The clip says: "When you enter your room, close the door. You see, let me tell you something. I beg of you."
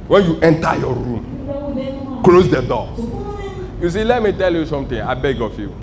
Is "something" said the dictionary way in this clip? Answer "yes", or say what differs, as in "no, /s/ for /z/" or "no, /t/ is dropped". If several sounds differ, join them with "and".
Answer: no, /t/ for /θ/